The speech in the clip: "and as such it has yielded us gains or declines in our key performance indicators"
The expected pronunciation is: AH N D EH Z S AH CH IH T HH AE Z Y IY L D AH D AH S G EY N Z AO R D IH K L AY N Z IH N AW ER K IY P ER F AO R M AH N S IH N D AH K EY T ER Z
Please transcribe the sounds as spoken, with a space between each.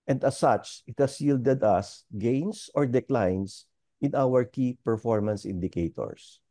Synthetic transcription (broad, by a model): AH N D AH S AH CH IH T HH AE S Y IY L D AH D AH S G EY N S AO R D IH K L AY N S IH N AW ER K IY P ER F AO R M AH N S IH N D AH K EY T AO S